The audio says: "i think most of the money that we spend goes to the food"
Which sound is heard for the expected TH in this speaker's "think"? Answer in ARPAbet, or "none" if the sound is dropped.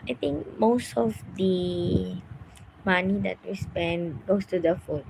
T